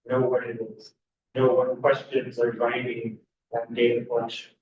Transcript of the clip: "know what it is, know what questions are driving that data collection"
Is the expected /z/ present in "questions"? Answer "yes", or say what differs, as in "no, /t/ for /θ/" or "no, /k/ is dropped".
yes